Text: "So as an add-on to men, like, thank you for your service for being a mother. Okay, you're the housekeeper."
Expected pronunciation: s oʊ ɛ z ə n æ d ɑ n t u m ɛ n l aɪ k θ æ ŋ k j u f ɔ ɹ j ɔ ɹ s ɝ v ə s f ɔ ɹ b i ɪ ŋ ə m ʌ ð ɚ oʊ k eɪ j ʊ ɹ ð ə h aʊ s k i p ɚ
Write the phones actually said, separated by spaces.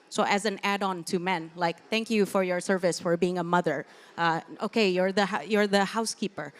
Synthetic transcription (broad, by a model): s oʊ ɛ z ə n æ d ɑ n t u m ɛ n l aɪ k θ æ ŋ k j u f ɔ ɹ j ɔ ɹ s ɝ v ə s f ɔ ɹ b i ɪ ŋ ə m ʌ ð ɚ oʊ k eɪ j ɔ ɹ ð ə h aʊ s k i p ɚ